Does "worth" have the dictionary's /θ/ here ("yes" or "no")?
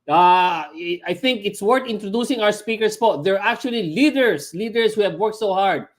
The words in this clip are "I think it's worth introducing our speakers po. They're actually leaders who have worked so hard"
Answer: no